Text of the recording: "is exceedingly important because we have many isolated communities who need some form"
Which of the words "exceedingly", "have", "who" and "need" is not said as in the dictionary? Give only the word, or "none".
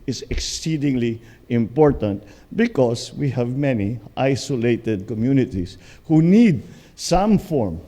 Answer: none